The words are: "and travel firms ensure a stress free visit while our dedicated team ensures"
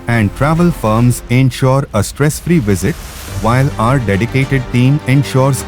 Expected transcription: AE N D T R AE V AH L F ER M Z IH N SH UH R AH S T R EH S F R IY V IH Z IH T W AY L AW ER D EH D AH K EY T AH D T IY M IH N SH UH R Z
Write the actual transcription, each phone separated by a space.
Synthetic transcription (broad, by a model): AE N D T R AE V AH L F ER M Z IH N SH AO R AH S T R EH S F R IY V IH Z IH T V AY L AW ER D EH D AH K EY T AH D T IY M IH N SH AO R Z